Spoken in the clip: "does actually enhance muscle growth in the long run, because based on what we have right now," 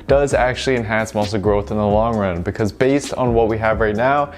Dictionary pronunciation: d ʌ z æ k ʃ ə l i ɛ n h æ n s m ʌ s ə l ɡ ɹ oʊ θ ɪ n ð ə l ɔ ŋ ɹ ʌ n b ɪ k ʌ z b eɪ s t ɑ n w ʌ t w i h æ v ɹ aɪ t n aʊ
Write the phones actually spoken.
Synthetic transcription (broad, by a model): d ʌ z æ k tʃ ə l i ɛ n h æ n s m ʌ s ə ɡ ɹ oʊ θ ɪ n ð ə l ɔ ŋ ɹ ʌ n b ɪ k ʌ z b eɪ s t n w ʌ t w i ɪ v ɹ aɪ t n aʊ